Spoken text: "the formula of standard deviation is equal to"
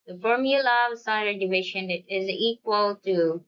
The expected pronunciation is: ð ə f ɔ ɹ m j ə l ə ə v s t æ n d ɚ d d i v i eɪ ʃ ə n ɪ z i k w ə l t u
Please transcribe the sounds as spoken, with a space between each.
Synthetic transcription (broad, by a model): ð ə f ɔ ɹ m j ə l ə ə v s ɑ d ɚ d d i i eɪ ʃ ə n ɪ z i k w ə l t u